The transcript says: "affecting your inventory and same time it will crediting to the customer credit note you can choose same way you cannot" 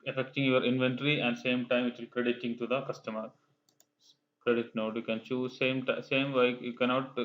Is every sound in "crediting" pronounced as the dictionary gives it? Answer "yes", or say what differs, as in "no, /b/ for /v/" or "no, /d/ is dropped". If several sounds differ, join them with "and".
yes